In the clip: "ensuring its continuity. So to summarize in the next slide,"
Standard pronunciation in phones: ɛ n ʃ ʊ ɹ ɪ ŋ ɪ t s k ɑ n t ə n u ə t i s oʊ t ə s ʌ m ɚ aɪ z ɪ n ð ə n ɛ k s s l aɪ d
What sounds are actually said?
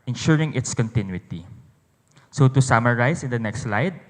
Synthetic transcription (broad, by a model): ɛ n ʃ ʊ ɹ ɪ ŋ ɪ t s k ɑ n t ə n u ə t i s oʊ t ə s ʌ m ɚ aɪ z ɪ n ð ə n ɛ k s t l aɪ d